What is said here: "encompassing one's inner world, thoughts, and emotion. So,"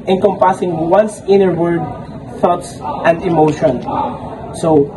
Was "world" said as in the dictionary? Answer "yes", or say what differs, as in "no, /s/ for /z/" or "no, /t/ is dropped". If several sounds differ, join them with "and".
no, /l/ is dropped